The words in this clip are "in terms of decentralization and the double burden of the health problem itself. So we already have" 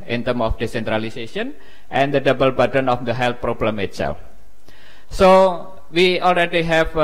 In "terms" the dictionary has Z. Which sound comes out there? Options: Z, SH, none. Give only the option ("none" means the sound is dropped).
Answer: none